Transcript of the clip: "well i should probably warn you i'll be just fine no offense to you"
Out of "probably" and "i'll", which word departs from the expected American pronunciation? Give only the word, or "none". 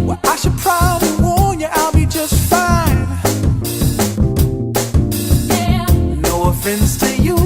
none